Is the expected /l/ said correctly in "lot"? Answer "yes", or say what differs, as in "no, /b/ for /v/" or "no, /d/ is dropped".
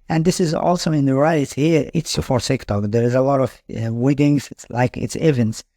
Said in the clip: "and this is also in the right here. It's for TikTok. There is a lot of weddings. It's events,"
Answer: yes